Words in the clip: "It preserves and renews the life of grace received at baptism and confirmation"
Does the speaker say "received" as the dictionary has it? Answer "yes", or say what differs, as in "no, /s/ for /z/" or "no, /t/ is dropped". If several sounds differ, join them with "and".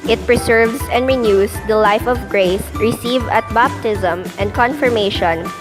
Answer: no, /d/ is dropped